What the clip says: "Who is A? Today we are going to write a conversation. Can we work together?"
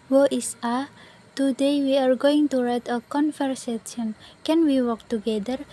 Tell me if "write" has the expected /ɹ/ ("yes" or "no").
yes